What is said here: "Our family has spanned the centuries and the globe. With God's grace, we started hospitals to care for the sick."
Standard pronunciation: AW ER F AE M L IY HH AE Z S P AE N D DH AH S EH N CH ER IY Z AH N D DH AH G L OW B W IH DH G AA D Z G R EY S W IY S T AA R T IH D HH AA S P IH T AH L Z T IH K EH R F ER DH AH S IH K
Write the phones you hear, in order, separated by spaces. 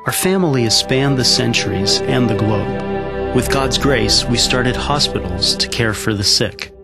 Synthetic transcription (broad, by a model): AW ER F AE M L IY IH S P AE N DH AH S EH N CH ER IY Z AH N DH AH G L OW B W IH DH G AA D Z G R EY S W IY S T AA R T IH D HH AA S P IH T L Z T IH K EH R F ER DH AH S IH K